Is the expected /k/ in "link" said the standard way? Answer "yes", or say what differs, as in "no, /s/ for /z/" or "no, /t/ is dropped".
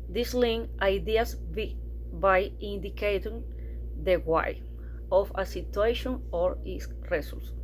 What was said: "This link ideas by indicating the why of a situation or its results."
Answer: no, /k/ is dropped